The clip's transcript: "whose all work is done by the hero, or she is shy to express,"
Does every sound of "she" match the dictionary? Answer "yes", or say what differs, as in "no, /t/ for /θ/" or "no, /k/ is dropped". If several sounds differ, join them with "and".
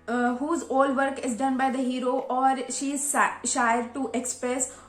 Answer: yes